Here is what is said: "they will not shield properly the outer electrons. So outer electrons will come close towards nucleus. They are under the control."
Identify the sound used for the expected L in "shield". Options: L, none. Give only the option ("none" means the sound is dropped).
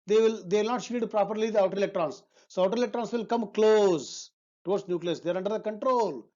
none